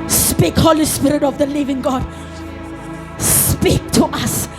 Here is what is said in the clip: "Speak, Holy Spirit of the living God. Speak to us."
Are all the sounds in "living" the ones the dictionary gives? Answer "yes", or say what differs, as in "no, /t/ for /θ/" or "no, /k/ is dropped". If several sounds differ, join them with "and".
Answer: yes